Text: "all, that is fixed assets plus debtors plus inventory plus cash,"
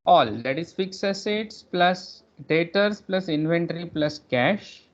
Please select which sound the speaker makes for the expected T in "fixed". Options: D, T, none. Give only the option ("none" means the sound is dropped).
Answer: none